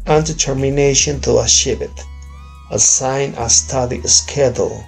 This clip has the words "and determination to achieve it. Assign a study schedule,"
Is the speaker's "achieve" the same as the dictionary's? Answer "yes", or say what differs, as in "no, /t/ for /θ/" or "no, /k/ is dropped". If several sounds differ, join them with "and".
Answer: no, /ʃ/ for /tʃ/